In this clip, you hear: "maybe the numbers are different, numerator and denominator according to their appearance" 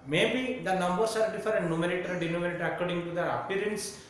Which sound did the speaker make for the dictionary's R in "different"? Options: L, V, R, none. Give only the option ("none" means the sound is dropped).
none